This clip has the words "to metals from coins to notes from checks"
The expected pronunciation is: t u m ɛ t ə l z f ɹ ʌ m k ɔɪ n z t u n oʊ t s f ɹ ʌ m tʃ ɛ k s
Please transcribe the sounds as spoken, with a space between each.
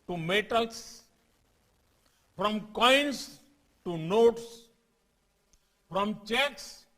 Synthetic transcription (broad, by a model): t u m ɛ t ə l s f ɹ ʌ m k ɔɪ n s t u n oʊ t s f ɹ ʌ m tʃ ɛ k s